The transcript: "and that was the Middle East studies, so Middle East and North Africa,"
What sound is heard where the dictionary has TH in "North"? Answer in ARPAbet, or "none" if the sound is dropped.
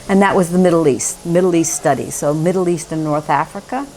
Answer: TH